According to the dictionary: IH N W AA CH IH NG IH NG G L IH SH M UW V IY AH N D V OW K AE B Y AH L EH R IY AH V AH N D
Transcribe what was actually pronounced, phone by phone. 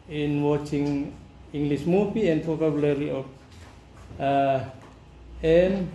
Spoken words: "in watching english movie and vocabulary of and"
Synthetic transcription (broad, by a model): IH N W AA CH IH NG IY NG G L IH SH M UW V IY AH N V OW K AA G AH L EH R IY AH P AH N